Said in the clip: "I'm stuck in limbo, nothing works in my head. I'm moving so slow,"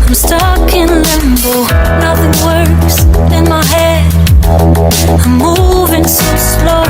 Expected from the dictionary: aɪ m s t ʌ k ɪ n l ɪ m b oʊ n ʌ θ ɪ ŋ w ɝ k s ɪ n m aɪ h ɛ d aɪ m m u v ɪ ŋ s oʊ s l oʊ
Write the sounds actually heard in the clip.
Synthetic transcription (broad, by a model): aɪ m s t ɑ k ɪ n l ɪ m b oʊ n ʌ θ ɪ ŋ w ɝ s ɪ n m aɪ h ɛ d aɪ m m u v ɪ ŋ s oʊ s l oʊ